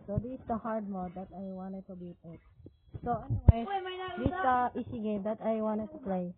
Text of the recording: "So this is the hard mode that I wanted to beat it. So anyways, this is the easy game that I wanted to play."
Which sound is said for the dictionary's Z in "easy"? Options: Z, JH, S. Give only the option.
S